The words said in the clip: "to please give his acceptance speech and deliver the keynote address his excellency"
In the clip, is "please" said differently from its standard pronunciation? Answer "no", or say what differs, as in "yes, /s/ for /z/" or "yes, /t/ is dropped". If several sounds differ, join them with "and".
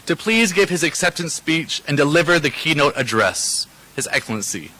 no